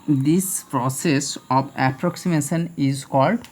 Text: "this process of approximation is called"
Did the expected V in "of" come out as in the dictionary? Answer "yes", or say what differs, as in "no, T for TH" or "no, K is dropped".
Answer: no, B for V